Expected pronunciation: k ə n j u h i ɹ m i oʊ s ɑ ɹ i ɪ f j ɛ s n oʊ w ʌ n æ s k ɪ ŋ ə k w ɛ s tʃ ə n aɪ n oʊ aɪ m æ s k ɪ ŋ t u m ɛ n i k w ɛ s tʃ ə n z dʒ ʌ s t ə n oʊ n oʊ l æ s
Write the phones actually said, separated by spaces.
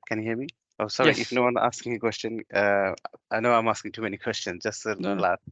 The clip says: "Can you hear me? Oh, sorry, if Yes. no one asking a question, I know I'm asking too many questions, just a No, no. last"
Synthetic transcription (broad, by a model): k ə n j u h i l m i oʊ s ɑ ɹ i ɪ f n oʊ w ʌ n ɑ s k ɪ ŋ ə k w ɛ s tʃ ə n aɪ n oʊ aɪ m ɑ s k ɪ ŋ t u m ɛ n i k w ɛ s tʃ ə n s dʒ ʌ s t ə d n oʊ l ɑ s